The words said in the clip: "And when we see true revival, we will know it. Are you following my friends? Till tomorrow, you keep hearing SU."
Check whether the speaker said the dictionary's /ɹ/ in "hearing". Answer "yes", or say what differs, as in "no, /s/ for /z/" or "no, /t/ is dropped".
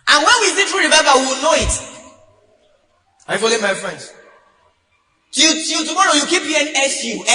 no, /ɹ/ is dropped